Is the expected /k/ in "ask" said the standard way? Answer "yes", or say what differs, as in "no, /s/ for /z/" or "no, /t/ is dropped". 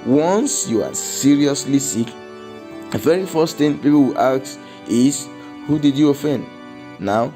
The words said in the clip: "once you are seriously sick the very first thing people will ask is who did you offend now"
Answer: no, /k/ is dropped